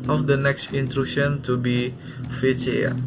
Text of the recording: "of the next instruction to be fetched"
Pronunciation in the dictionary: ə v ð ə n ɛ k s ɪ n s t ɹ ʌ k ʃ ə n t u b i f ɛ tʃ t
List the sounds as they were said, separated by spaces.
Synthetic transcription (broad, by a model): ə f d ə n ɛ k s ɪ n t ɹ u ʃ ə n t u b i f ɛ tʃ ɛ